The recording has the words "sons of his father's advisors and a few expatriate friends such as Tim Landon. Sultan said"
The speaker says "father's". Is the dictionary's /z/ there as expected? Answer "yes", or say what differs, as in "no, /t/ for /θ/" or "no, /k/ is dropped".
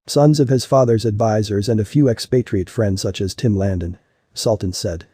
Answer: yes